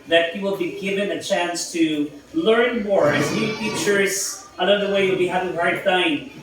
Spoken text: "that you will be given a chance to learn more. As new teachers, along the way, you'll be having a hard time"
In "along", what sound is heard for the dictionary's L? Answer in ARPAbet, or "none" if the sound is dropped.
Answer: N